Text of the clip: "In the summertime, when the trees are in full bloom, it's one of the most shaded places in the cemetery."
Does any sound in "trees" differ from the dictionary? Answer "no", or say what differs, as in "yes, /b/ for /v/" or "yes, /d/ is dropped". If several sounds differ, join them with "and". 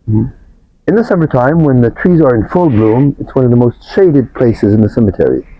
no